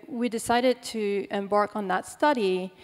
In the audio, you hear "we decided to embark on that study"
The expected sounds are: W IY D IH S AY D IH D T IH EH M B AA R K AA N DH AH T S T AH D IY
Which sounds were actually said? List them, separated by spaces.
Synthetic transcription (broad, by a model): W IY D IH S AY D IH D T IH EH M B AA R K N DH AH T S T AH D IY